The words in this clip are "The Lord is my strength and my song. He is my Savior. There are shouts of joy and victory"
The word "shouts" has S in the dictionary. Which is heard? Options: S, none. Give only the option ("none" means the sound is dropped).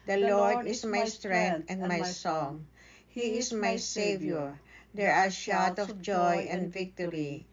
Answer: none